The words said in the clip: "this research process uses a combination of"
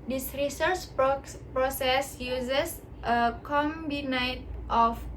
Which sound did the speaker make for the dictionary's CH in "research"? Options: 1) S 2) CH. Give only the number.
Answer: 2